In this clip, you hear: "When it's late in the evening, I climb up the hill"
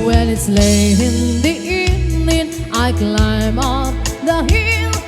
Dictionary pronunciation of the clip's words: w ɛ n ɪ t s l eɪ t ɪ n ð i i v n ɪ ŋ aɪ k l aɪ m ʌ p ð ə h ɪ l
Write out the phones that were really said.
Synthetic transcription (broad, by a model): w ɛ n ɪ t s l eɪ t ɪ n ð i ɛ n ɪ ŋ aɪ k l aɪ m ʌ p ð ə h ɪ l